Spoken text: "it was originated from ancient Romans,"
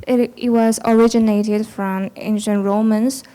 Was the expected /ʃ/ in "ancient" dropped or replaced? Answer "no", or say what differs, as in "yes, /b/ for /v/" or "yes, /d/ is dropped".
no